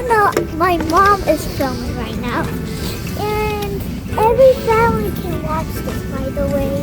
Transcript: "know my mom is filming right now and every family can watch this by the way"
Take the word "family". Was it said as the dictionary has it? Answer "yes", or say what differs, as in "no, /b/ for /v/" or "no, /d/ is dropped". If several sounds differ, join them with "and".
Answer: no, /m/ is dropped